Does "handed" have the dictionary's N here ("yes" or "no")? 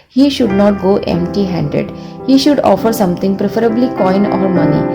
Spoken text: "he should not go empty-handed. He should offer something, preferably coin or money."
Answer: yes